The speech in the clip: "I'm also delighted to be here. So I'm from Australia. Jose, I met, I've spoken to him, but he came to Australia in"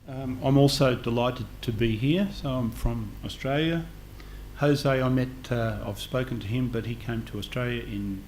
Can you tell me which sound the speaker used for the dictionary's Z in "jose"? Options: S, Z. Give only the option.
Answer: Z